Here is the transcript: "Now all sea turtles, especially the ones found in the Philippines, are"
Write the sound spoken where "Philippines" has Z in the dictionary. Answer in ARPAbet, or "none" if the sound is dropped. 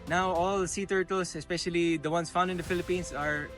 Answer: S